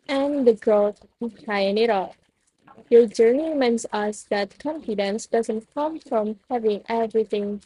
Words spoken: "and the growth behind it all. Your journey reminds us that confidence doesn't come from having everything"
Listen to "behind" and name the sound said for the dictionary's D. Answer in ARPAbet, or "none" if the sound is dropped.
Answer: none